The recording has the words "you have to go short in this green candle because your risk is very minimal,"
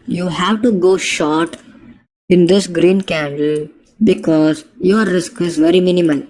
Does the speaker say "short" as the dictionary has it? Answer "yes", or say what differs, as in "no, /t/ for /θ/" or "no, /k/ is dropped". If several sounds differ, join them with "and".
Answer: yes